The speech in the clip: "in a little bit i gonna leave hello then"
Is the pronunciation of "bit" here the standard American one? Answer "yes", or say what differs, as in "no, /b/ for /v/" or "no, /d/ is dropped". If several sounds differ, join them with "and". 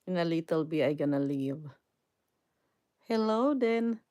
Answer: no, /t/ is dropped